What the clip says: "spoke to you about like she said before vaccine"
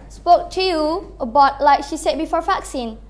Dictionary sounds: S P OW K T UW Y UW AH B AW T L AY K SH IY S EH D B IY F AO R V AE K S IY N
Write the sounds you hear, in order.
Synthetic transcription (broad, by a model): S P OW K T UW Y UW AH B AW T L AY K SH IY S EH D B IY F AO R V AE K S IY N